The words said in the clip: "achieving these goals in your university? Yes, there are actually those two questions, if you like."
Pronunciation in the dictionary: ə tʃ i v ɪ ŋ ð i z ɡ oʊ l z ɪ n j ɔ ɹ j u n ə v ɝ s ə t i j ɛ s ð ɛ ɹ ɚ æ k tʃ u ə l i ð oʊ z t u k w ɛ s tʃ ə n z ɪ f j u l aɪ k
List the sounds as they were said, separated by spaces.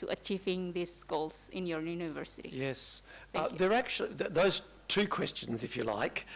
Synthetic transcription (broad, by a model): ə tʃ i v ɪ ŋ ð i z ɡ oʊ l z ɪ n j ɔ ɹ j u n ə v ɝ s ə t i j ɛ s ð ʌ ɹ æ k tʃ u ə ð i ð oʊ z t u k w ɛ s tʃ ə n z ɪ f j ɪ l aɪ k